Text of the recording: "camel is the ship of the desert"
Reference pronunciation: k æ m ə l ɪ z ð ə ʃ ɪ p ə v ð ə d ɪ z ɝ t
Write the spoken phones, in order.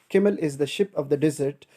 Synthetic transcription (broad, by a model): k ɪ m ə l ɪ z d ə ʃ ɪ p ə v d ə d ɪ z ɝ t